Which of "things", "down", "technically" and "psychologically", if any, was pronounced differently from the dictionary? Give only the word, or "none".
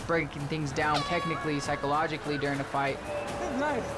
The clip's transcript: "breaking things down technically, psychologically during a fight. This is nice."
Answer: none